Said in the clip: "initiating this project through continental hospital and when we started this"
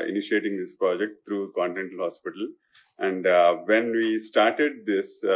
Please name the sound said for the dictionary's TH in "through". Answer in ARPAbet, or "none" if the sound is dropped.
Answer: T